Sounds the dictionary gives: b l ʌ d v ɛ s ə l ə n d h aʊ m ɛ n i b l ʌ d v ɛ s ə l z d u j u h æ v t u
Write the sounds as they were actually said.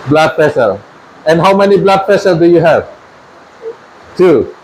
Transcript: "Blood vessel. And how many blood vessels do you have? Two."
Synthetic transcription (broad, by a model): b l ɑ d p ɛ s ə l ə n h aʊ m ɛ n i b l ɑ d p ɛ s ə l d u j u h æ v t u